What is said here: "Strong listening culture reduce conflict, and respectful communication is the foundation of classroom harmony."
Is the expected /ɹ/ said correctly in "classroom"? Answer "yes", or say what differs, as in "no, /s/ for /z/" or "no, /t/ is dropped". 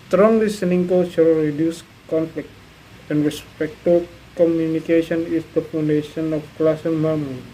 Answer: no, /ɹ/ is dropped